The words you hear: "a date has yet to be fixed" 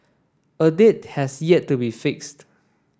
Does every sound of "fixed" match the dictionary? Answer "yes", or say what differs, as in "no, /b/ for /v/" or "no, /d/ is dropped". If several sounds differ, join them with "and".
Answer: yes